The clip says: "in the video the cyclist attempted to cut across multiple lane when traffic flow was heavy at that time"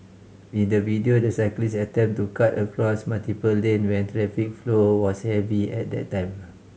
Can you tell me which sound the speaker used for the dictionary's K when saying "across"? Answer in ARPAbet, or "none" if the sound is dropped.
K